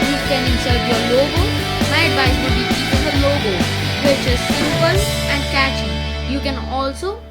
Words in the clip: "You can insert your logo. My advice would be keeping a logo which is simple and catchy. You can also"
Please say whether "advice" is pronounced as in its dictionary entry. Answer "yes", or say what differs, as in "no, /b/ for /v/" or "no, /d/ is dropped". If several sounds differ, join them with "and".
no, /b/ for /v/